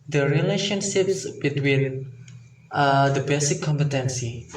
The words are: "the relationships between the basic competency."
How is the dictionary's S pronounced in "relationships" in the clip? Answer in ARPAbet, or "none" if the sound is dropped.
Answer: S